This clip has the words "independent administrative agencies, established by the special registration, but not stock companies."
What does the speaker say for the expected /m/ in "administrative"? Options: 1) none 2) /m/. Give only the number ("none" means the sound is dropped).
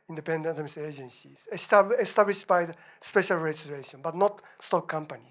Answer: 1